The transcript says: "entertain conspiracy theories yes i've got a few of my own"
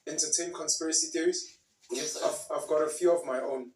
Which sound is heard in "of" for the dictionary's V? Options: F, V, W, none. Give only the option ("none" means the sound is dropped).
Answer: V